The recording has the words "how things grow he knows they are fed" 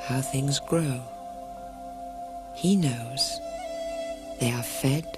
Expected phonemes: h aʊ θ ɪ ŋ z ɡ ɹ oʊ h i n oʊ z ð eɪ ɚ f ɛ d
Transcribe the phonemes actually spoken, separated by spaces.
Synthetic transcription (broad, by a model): h aʊ θ ɪ ŋ z ɡ ɹ oʊ h i n oʊ z ð eɪ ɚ f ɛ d